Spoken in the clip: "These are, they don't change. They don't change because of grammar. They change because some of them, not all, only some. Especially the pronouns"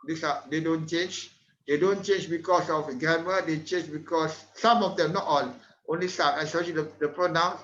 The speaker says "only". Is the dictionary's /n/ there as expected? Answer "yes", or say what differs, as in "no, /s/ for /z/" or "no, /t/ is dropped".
yes